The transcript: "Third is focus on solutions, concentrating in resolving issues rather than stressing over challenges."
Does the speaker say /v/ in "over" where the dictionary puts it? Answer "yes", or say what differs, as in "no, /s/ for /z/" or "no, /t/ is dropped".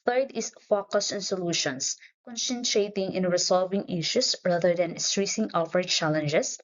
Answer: no, /f/ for /v/